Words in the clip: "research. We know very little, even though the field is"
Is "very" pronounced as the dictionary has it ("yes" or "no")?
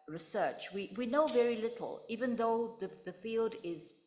yes